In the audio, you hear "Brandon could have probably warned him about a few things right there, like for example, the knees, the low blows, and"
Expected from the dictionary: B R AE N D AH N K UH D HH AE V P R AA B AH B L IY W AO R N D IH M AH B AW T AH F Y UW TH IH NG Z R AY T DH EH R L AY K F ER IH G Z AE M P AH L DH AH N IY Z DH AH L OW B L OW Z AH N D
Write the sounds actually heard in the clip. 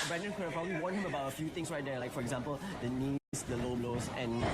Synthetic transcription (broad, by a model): B R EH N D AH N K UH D P R AA B AH B L IY W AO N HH IH M AH B AW T AH F Y UW T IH NG S R AY T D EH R L AY K F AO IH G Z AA M P AH L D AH N IY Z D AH L OW B L OW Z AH N